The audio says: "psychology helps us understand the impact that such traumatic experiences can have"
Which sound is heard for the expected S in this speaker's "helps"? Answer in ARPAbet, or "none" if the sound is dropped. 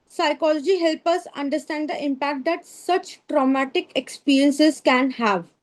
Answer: none